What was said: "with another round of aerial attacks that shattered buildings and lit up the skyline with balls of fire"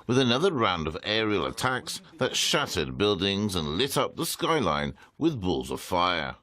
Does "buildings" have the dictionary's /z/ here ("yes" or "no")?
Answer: yes